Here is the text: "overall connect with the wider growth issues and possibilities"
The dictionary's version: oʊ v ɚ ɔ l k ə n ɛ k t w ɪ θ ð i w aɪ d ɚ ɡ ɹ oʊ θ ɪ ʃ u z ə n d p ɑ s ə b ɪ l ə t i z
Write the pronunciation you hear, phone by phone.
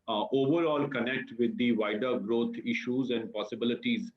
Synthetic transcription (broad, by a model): oʊ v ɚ ɔ l k ə n ɛ k t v ɪ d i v aɪ d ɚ ɡ ɹ oʊ t ɪ ʃ u z ə n d p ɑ s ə b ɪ l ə t i z